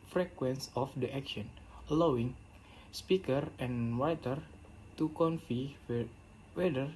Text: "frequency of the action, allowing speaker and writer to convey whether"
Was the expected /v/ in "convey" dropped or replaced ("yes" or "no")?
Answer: yes